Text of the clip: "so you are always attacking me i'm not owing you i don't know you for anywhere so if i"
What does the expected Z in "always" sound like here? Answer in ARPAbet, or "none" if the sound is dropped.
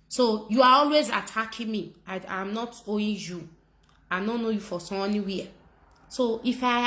Z